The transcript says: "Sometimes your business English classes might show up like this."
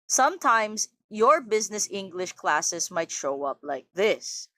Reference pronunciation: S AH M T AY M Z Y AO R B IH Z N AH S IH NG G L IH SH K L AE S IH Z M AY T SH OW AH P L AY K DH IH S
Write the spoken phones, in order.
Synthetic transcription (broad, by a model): S AH M T AY M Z Y AO R B IH Z N AH S IH NG G L IH SH K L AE S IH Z M AY T SH OW AH P L AY K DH IH S